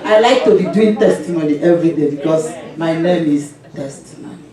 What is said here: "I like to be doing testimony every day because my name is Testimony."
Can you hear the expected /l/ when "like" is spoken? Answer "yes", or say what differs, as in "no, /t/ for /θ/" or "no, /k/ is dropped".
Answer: yes